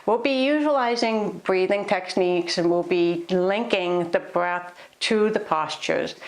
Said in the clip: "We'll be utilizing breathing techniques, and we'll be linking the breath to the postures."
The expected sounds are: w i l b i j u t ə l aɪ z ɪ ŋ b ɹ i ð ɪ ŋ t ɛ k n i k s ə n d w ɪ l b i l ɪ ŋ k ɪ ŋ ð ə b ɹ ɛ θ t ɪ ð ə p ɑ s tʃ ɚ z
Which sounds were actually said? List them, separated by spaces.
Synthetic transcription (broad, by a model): w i l b i j u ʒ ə l aɪ z ɪ ŋ b ɹ i ð ɪ ŋ t ɛ k n i k s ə n w ɪ l b i l ɪ ŋ k ɪ ŋ ð ə b ɹ ɛ θ t ɪ ð ə p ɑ s tʃ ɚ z